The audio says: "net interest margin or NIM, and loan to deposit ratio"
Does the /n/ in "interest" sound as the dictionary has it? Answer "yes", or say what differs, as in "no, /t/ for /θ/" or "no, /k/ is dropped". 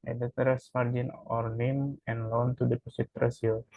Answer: no, /n/ is dropped